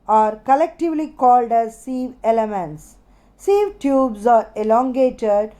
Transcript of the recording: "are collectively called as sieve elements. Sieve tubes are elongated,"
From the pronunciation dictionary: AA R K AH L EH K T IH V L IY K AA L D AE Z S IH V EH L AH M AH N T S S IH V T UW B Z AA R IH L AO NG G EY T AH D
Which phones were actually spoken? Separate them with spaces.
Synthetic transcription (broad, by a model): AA R K AH L EH K T IH V L IY K AA L D AE Z S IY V EH L AH M AH N T S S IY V T UW B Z AA R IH L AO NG G EY T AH D